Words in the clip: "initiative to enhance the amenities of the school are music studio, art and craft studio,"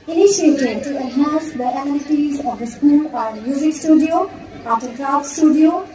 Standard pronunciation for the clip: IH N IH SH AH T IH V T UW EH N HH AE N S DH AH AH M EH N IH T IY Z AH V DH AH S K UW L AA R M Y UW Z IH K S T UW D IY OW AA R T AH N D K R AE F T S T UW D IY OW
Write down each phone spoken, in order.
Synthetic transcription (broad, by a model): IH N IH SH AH T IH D T UW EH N HH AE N S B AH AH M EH L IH T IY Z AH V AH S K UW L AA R M Y UW Z IH K S T UW D IY OW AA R T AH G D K R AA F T S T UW D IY OW